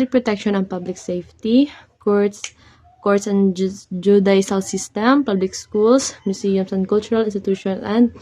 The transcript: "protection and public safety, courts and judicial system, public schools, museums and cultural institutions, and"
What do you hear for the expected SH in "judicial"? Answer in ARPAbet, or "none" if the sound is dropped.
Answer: S